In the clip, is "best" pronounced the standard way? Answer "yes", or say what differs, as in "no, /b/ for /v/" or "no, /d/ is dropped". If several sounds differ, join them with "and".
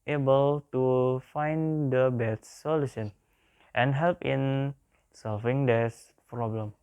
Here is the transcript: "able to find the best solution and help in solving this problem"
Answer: no, /s/ is dropped